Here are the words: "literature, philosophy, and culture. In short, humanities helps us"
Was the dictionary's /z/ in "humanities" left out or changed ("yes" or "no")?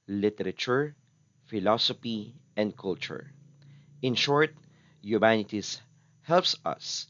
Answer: yes